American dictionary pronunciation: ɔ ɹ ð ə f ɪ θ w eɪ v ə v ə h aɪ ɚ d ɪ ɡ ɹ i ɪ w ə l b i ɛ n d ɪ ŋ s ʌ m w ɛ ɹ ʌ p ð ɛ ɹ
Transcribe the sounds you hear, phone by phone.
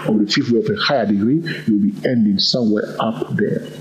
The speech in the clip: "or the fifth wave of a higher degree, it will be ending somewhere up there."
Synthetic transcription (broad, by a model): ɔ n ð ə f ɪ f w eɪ ə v ə h aɪ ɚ d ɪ ɡ ɹ i ɪ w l b i ɛ n d ɪ ŋ s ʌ m w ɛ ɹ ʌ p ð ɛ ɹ